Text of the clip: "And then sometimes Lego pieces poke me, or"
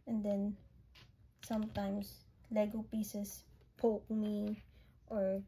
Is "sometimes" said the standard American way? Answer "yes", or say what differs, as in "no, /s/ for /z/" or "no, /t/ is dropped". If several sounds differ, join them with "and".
no, /s/ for /z/